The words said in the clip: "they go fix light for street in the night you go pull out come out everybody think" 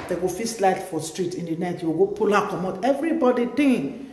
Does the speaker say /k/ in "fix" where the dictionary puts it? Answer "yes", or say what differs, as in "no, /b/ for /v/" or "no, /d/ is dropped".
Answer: no, /k/ is dropped